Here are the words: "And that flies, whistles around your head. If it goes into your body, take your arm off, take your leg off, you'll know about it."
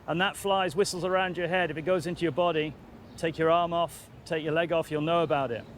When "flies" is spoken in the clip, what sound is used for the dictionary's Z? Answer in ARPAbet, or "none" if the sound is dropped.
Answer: Z